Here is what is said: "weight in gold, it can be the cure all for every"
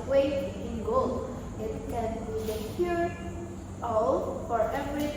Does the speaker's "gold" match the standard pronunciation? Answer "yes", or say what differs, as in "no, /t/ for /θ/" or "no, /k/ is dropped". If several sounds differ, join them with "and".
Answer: no, /d/ is dropped